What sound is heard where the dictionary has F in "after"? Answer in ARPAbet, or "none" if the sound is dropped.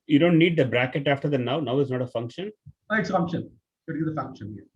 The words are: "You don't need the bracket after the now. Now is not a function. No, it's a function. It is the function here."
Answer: F